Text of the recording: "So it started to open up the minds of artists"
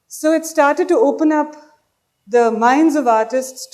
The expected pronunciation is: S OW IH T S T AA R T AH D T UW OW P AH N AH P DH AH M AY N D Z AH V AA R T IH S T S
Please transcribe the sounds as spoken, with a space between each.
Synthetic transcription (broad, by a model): S OW IH T S T AA R T AH D T UW OW P AH N AH P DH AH M AY N D Z AH V AA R T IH S T S